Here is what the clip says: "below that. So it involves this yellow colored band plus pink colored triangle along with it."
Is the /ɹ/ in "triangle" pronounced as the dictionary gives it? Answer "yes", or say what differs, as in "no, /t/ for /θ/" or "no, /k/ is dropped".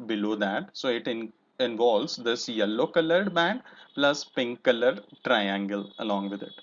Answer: yes